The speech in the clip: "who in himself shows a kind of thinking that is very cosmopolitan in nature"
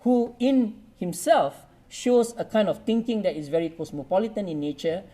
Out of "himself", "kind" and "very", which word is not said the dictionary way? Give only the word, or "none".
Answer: none